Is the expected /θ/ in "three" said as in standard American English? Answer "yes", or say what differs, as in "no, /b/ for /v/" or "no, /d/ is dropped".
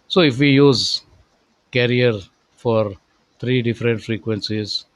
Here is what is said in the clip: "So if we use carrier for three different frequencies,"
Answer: no, /t/ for /θ/